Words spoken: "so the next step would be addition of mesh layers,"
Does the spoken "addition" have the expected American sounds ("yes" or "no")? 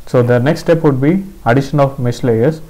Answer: yes